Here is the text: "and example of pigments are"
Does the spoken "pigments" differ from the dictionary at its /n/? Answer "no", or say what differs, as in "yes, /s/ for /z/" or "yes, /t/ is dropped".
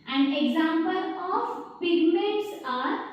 yes, /n/ is dropped